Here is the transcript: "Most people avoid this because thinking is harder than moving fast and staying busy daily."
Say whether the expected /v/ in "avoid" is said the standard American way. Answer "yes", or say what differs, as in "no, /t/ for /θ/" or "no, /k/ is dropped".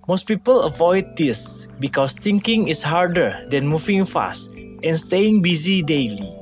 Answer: yes